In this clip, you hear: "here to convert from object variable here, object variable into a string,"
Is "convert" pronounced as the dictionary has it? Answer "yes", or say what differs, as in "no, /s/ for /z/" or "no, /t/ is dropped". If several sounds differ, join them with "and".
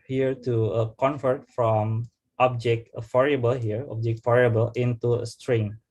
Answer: no, /f/ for /v/